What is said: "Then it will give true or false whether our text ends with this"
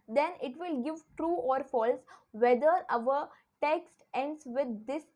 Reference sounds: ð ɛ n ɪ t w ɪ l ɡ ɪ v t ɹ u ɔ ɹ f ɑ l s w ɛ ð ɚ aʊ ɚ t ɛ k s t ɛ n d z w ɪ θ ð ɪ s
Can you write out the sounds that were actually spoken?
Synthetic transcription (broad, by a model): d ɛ n ɪ t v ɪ l ɡ ɪ v t ɹ u ɔ ɹ f ɑ l s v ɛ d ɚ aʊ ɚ t ɛ k s t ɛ n d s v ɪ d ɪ s